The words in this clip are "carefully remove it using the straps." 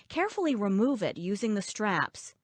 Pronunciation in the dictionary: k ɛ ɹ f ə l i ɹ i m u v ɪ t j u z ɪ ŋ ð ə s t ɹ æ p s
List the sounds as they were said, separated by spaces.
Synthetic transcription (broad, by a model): k ɛ ɹ f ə l i ɹ i m u v ɪ t j u z ɪ ŋ ð ə s t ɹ æ p s